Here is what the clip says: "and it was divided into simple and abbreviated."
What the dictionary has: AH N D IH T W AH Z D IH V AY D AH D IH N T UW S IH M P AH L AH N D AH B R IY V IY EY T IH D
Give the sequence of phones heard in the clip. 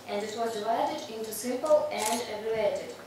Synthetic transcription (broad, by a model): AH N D IH T W AH Z D IH V AY D AH D IH N T UW S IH M P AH L AH N D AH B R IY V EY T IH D